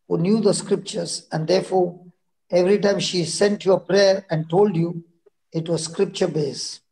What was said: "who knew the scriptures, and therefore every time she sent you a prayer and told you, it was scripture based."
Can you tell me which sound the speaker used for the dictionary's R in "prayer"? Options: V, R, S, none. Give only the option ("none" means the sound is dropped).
R